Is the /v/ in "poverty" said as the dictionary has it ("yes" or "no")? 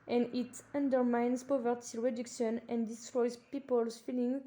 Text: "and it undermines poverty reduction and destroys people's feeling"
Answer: yes